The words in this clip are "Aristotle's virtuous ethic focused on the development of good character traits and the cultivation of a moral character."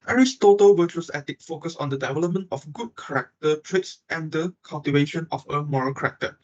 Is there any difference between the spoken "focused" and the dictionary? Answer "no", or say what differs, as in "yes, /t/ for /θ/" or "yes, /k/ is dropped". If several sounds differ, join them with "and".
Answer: yes, /t/ is dropped